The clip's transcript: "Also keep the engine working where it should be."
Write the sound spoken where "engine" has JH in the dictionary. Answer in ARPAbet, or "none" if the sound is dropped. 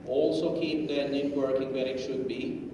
none